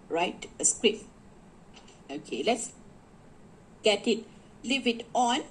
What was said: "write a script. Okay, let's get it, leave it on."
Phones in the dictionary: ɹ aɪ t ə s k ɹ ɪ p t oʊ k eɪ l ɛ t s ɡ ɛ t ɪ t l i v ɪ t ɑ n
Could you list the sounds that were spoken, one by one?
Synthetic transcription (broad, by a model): ɹ aɪ t ə s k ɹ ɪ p oʊ k eɪ l ɛ t s ɡ ɛ t ɪ t l i v ɪ t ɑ n